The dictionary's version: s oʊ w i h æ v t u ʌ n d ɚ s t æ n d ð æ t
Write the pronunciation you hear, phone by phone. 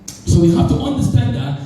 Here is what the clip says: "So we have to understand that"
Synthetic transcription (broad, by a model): s oʊ w i h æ f t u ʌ n d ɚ s t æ n d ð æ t